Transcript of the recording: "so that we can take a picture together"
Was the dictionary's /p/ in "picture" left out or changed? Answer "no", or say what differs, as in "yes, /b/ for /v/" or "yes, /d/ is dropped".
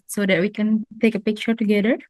no